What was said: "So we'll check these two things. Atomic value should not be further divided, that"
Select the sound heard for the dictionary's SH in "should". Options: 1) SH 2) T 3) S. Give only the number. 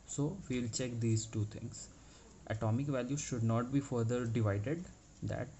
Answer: 1